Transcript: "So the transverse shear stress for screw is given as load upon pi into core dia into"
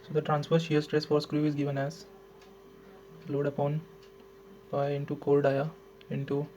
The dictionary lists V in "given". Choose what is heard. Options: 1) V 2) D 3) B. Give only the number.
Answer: 1